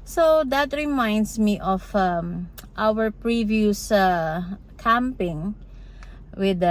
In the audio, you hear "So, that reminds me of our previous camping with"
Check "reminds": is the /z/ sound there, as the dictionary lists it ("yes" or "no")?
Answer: no